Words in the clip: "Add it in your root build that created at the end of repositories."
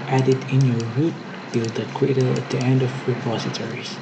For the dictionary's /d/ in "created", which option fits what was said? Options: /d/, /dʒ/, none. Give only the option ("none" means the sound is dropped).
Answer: none